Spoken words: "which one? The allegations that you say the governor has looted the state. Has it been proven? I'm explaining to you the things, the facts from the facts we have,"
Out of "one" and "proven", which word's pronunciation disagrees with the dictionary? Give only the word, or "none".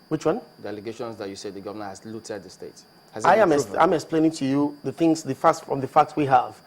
proven